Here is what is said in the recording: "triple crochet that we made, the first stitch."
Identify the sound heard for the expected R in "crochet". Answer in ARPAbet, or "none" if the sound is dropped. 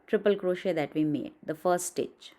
R